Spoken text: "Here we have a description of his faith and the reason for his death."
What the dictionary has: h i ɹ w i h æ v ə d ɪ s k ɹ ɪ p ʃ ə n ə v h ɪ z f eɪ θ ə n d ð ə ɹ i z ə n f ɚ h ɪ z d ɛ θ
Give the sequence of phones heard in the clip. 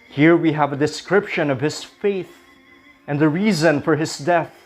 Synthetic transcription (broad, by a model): h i ɹ w i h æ v ə d ɪ s k ɹ ɪ p ʃ ə n ə v h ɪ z f eɪ θ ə n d ð ə ɹ i z ə n f ɚ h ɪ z d ɛ θ